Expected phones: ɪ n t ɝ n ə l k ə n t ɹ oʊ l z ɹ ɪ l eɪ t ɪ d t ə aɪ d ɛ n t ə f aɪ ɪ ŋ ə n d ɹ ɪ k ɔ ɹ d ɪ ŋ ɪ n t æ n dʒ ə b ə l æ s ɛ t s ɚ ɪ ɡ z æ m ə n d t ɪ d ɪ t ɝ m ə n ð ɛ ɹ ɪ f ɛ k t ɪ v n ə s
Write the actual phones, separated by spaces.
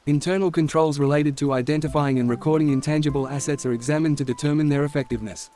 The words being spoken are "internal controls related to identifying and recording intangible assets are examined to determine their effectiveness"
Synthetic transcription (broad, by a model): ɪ n t ɝ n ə l k ə n t ɹ oʊ l z ɹ ɪ l eɪ t ɪ d t ə aɪ d ɛ n t ə f aɪ ɪ ŋ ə n ɹ ɪ k ɔ ɹ d ɪ ŋ ɪ n t æ n dʒ ə b ə l æ s ɛ t s ɚ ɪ ɡ z æ m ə n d t ɪ d ɪ t ɝ m ə n ð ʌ ɹ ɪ f ɛ k t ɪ v n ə s